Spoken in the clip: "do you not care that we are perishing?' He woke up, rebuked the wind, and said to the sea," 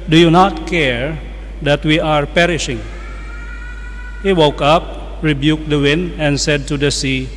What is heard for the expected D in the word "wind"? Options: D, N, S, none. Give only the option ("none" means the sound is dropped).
D